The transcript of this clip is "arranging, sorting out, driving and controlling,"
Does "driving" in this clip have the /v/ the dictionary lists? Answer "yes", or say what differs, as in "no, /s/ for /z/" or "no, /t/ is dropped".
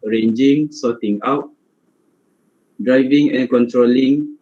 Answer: yes